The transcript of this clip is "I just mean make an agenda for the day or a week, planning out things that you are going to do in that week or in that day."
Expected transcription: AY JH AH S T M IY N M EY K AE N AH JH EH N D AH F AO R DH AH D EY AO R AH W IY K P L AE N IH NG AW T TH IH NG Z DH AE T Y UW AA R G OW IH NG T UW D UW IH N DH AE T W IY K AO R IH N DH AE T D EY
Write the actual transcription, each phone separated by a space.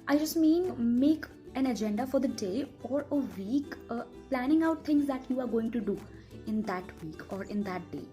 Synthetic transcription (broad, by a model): AY JH AH S T M IY N M EY K AE N AH JH EH N D AH F AO R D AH D EY AO R AH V IY K P L AE N IH NG AW T T IH NG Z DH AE T Y UW AA R G OW IH NG T UW D UW IH N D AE T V IY K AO R IH N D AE T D EY